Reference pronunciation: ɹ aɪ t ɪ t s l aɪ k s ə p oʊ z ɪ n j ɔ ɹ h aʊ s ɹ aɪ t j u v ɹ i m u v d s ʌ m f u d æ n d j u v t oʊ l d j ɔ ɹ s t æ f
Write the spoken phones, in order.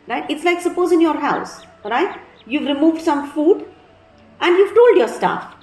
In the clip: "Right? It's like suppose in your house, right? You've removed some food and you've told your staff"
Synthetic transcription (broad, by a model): ɹ aɪ t ɪ t s l aɪ k s ə p oʊ z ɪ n j ɔ ɹ h aʊ s ɹ aɪ t j u v ɹ i m u v d s ʌ m f u d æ n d j u v t oʊ l d j ɔ ɹ s t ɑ f